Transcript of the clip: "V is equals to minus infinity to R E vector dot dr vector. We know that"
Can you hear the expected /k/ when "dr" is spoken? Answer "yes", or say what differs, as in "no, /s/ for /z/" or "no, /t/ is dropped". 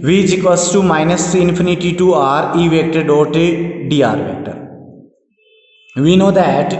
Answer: no, /k/ is dropped